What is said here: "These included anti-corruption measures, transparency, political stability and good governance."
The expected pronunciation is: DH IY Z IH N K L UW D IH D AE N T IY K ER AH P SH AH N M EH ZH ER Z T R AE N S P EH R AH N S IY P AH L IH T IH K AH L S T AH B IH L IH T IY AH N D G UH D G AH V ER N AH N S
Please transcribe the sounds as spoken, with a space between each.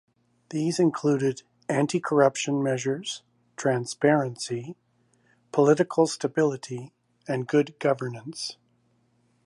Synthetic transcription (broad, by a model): DH IY Z IH N K L UW D IH D AE N T IY K ER AH P SH AH N M EH ZH ER Z T R AE N S P EH R AH N S IY P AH L IH T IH K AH L S T AH B IH L IH T IY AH N G UH D G AH V ER N AH N S